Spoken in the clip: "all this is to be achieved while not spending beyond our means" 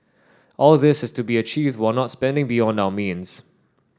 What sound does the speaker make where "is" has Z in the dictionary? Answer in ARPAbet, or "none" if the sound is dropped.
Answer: S